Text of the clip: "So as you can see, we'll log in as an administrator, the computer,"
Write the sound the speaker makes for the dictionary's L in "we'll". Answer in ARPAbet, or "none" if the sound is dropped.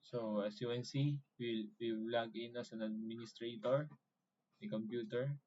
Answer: W